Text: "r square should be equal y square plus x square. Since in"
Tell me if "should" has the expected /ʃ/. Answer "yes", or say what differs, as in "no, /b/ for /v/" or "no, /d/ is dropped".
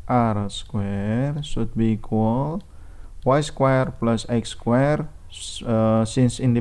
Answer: no, /s/ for /ʃ/